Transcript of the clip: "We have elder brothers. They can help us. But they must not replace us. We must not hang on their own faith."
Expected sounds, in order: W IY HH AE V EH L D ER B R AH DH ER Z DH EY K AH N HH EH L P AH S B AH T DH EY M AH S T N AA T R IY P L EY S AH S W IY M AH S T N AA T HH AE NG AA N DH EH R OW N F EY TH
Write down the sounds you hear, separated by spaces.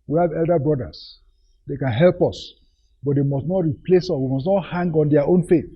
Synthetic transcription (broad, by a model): W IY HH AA V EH L D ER B R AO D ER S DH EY K AH N HH EH L P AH S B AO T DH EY M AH S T N AA T R IY P L EY S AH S W IY M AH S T N AA T HH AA NG AA N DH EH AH OW N F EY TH